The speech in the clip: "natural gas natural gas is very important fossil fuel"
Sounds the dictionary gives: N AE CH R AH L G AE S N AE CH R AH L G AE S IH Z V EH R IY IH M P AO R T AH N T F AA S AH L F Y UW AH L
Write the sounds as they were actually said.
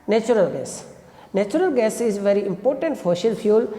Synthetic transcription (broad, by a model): N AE CH R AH L G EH S N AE CH R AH L G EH S IH Z V EH R IY IH M P AO R T AH N T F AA SH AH L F Y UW L